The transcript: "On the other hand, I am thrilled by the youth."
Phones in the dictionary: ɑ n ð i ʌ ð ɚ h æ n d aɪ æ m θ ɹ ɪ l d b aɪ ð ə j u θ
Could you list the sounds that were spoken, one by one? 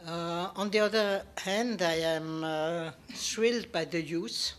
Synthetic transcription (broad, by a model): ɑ n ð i ʌ ð ɚ h æ n d aɪ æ m s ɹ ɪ l d b aɪ ð ə j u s